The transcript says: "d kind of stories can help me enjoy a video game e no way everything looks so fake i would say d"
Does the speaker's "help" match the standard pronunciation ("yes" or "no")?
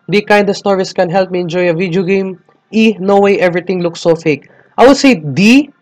yes